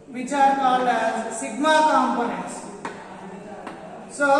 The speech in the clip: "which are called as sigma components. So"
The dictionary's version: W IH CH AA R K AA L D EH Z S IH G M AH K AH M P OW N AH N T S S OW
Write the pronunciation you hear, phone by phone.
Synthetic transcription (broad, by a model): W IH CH AA R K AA L EH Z S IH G M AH K AH M P OW N AH N T S S OW